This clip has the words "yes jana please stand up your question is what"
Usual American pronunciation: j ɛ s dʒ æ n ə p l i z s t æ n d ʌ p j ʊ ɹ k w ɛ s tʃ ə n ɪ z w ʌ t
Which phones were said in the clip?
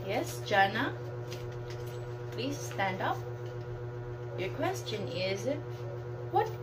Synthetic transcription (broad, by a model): j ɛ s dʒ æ n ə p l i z s t æ n d ʌ p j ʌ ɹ k w ɛ s tʃ ə n ɪ z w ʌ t